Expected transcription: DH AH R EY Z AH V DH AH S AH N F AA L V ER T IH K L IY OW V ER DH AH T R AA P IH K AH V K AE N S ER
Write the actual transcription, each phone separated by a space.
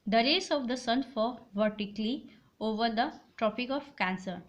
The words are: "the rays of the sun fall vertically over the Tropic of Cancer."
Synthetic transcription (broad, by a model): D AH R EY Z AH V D AH S AH N F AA V ER T IH K L IY OW V ER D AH T R AA P IH K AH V K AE N S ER